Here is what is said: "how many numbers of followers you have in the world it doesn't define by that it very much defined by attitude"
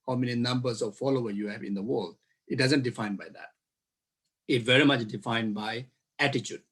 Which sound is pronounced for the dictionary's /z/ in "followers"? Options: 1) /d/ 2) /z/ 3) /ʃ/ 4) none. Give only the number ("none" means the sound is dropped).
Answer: 4